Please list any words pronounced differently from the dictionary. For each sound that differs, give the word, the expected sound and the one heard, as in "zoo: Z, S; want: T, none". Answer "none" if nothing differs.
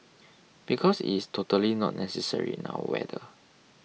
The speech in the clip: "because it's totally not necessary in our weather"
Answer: because: Z, S; our: R, W